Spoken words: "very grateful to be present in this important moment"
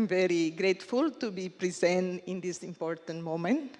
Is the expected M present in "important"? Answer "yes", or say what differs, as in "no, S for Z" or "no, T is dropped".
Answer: yes